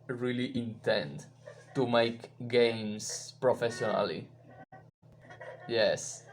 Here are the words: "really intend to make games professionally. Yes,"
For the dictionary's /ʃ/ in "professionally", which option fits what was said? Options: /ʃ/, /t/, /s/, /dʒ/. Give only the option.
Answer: /s/